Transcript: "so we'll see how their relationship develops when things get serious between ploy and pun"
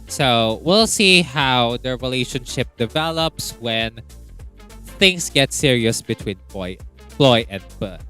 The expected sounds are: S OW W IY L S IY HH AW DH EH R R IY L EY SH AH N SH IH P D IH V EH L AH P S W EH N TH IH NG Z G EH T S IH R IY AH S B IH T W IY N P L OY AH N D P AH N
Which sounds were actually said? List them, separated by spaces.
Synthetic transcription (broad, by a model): S OW W IY L S IY HH AW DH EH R R IY L EY SH AH N SH IH P D IH V EH L AH P S W EH N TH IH NG S G EH T S IH R IY AH S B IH T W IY N F L OY AH N D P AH